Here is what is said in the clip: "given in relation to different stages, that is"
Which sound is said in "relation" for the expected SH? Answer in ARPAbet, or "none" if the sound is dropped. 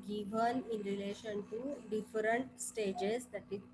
SH